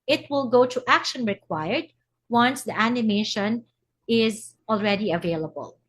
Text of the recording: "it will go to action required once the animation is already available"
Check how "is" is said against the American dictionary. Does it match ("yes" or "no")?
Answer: yes